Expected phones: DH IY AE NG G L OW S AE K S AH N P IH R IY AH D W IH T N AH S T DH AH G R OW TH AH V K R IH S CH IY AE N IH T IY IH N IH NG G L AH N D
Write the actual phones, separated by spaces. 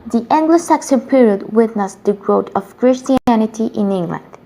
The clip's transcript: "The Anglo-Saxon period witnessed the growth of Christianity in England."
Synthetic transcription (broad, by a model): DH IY AE NG G L OW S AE K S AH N P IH R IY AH D W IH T N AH S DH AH G R OW T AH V K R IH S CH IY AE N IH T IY IH N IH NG G L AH N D